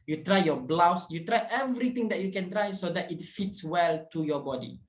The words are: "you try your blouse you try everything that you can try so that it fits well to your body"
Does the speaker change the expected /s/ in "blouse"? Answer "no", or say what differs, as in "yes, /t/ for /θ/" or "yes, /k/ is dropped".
no